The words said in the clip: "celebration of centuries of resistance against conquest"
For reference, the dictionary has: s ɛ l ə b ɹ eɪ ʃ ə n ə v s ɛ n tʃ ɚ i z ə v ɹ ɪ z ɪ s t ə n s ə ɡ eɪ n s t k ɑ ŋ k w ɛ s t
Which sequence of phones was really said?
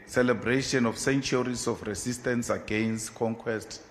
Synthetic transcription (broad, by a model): s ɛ l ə b ɹ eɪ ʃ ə n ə f s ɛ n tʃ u i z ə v ɹ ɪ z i s t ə n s ə ɡ eɪ n s t k ɑ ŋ k w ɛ s t